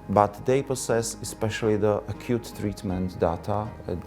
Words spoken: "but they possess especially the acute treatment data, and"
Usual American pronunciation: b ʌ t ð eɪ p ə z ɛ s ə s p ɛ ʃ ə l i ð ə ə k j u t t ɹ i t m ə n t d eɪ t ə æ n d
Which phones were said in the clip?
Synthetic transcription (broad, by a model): b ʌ t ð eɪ p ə s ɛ s ə s p ɛ ʃ ə l i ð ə ə k j u t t ɹ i t m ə n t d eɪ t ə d